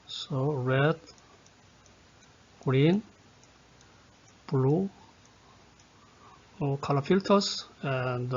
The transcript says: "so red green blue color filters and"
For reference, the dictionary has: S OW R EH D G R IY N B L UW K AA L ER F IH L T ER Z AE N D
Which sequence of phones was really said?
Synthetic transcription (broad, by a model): S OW R EH D G R IY N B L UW K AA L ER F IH L T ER S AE N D